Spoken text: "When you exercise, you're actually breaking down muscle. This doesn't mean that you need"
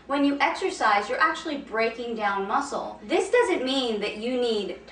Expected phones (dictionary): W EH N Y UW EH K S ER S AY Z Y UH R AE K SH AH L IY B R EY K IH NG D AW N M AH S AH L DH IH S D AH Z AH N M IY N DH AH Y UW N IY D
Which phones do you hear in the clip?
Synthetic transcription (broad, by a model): W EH N Y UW EH K S ER S AY Z Y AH R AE K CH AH L IY B R EY K IH NG D AW N M AH S L DH IH S D AH Z AH N M IY N DH AH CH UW N IY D